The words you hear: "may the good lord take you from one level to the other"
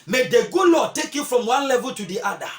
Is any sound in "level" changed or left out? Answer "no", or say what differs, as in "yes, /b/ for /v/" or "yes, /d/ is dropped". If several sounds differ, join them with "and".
no